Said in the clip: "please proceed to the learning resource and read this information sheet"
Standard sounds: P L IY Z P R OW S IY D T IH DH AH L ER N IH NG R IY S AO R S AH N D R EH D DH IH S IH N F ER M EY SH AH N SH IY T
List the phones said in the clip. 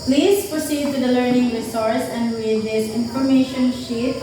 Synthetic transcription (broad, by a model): P L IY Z P R OW S IY D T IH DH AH L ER N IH NG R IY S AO R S AH N D W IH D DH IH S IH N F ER M EY SH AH N SH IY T